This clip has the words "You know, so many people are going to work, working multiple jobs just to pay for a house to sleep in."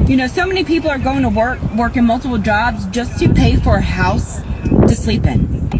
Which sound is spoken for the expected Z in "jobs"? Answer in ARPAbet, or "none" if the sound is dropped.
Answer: Z